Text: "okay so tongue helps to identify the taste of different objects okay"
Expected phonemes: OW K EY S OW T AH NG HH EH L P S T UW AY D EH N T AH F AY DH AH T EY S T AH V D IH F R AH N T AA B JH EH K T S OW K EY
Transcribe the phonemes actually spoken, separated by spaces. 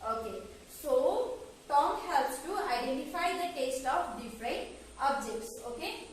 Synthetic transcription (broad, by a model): OW K EY S OW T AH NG HH EH L P S T UW AY D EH N T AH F AY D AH T EY S T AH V D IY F R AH N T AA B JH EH K T S OW K EY